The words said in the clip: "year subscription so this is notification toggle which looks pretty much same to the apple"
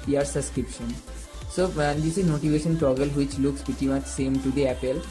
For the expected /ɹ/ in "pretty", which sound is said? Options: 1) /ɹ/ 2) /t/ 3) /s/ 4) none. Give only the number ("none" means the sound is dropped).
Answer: 4